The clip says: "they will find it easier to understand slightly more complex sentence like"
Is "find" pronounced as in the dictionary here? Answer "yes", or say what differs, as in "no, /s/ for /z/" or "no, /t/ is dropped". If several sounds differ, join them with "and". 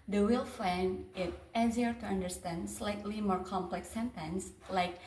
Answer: no, /d/ is dropped